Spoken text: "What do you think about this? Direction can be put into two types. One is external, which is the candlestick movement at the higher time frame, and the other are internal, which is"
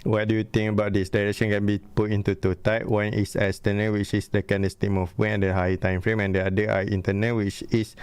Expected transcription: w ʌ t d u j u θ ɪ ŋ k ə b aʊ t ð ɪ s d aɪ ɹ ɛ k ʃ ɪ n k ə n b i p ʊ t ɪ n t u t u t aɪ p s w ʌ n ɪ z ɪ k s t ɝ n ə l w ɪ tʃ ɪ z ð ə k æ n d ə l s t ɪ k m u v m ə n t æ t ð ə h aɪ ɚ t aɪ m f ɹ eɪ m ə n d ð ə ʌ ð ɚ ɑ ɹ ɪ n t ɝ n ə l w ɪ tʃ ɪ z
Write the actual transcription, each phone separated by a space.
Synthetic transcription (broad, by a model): w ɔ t d u j u t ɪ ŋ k ə b aʊ t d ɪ s d aɪ ɹ ɛ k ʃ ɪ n k ə n b i p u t ɪ n t u t u t aɪ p w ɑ n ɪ s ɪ s t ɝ n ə w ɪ tʃ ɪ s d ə k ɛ n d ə s t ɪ m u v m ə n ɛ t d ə h aɪ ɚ t aɪ m f ɹ eɪ m ə n d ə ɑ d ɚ ɑ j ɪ n t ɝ n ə w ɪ tʃ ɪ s